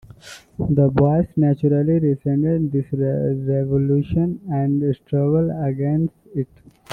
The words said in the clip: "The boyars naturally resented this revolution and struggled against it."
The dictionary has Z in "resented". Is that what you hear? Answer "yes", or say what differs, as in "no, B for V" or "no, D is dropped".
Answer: no, S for Z